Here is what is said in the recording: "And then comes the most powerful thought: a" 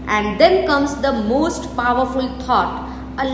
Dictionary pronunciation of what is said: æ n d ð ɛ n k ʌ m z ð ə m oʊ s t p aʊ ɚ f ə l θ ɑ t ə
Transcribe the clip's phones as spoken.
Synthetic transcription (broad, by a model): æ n d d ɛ n k ʌ m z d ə m oʊ s t p aʊ ɚ f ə l t ɑ t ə